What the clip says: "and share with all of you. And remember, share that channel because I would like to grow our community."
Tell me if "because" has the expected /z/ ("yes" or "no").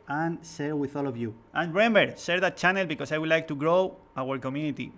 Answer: no